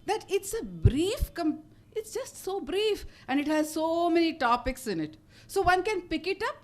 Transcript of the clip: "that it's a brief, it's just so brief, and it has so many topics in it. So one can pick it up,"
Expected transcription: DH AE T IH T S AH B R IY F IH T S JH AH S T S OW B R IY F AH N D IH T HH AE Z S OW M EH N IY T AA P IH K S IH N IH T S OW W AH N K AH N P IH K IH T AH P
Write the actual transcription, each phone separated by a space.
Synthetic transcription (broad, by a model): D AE T IH T S AH B R IY F IH T S JH AH S T S OW B R IY F AH N D IH T HH AE Z S OW M EH N IY T AA P IH K S IH N IH T S OW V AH N K AH N P IH K IH T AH P